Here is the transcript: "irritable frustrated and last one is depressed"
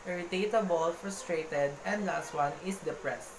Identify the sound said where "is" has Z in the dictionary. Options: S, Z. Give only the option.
S